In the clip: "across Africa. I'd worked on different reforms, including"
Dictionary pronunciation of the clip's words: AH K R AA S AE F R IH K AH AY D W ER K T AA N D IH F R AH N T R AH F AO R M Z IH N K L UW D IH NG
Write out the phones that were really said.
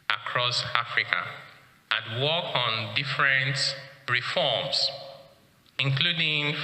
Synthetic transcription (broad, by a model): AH K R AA S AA F R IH K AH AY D W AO K AA N D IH F R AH N T R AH F AO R M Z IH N K L UW D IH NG